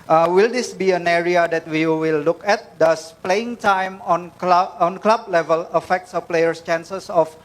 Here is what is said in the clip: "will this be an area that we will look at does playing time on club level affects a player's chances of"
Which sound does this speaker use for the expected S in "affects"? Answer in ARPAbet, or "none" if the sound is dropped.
S